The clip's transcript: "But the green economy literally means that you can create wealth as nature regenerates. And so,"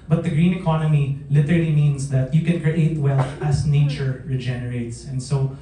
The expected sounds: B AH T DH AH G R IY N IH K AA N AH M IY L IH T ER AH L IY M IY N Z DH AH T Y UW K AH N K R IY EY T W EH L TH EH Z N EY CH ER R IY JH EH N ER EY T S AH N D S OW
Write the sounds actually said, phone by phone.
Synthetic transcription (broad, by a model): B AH T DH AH G R IY N IH K AA N AH M IY L IH T ER AH L IY M IY N S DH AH T Y UW K AH N K R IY EY T W EH L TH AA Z N EY CH ER R IY JH EH N ER EY T S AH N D S OW